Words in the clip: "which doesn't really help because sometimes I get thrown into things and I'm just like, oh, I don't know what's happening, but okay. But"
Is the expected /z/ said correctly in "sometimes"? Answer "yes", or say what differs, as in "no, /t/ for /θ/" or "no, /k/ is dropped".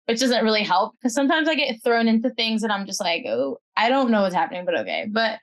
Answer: yes